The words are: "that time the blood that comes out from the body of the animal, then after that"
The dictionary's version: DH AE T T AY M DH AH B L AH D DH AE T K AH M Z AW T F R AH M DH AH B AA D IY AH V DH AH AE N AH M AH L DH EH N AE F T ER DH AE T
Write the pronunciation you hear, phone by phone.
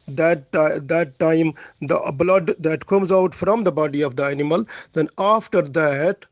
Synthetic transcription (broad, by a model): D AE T T AY M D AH B L AH D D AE T K AH M Z AW T F R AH M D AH B AA D IY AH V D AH AE N AH M AH L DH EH N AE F T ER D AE T